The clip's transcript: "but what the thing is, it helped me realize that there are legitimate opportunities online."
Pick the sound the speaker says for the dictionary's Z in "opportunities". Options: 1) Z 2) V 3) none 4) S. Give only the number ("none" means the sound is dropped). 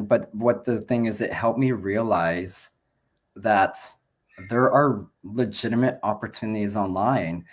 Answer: 1